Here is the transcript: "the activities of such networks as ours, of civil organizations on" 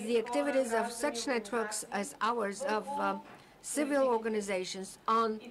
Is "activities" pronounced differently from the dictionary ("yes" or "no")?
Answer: no